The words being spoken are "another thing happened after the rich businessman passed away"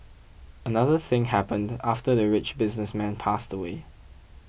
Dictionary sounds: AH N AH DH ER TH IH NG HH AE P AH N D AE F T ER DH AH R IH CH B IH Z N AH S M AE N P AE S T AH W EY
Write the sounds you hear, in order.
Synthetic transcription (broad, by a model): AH N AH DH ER TH IH NG HH AE P AH N D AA F T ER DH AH R IH CH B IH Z N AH S M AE N P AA S T AH W EY